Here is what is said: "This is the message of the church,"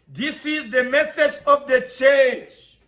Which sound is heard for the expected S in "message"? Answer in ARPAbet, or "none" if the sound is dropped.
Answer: TH